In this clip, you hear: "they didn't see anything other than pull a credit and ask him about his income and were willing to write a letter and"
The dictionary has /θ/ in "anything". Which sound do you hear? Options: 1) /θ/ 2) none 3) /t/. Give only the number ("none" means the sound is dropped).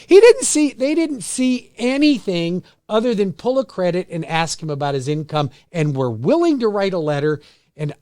1